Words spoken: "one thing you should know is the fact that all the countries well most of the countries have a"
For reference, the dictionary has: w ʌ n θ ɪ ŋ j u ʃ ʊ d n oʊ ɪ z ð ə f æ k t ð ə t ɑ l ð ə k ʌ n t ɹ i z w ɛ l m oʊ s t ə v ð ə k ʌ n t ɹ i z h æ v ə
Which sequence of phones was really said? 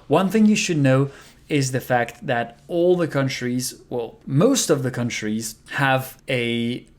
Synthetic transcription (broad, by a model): w ʌ n θ ɪ ŋ j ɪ ʃ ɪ d n oʊ ɪ z ð ə f æ k t ð ə t ɑ l ð ə k ʌ n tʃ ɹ i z w ɛ l m oʊ s t ə v ð ə k ʌ n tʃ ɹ i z h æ v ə